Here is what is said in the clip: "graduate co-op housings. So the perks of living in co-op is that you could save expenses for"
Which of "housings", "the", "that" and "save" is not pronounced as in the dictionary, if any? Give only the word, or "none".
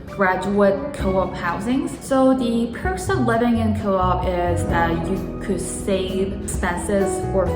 save